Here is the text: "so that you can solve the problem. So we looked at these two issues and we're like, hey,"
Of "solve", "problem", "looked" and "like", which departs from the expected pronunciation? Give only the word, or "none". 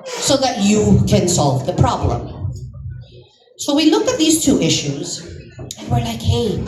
looked